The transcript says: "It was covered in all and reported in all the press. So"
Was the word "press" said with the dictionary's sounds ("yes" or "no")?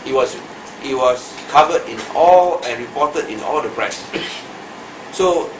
yes